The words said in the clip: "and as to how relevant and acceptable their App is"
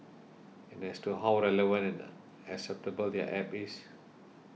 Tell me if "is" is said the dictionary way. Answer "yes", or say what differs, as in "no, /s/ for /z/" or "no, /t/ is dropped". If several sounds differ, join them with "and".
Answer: no, /s/ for /z/